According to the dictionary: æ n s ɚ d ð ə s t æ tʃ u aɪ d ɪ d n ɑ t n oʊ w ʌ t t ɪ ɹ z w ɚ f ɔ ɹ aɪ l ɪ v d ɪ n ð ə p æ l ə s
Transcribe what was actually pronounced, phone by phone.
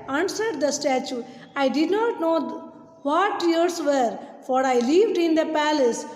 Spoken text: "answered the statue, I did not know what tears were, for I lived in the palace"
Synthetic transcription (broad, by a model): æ n s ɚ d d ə s t æ tʃ u aɪ d ɪ d n ɑ t n oʊ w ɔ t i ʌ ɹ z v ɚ f ɔ ɹ aɪ l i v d ɪ n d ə p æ l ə s